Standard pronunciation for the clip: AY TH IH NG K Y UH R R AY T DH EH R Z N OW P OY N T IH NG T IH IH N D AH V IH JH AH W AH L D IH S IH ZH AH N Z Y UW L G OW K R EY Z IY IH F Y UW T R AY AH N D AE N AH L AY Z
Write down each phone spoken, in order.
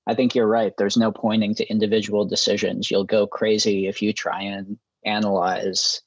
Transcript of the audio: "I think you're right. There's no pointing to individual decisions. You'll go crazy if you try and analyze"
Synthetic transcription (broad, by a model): AY TH IH NG K Y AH R R AY T DH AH R Z N OW P OY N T IH NG T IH IH N D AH V IH JH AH W L D IH S IH ZH AH N Z Y UW L G OW K R EY Z IY IH F Y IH T R AY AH N AE N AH L AY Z